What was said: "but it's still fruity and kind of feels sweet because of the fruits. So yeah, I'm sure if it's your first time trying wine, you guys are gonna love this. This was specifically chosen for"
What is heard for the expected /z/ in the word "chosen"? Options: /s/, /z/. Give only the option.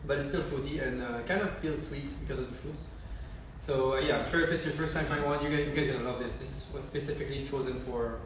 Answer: /z/